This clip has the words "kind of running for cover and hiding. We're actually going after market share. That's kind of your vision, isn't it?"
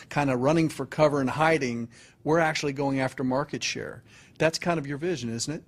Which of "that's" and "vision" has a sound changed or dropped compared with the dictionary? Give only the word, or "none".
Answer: none